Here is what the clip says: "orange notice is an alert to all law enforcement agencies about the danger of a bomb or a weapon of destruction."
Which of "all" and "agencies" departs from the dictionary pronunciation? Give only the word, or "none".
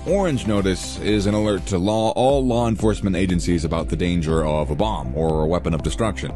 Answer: none